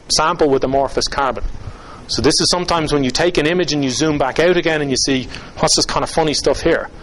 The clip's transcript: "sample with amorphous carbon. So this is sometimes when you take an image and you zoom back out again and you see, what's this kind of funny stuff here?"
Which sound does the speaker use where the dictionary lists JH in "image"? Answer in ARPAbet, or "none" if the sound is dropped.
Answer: JH